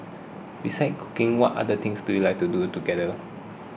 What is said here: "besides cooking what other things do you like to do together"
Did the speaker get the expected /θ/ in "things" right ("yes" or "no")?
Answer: no